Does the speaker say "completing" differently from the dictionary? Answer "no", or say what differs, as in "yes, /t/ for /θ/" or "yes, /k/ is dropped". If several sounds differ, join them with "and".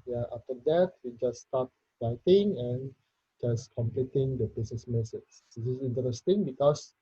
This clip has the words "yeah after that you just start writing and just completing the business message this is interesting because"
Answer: no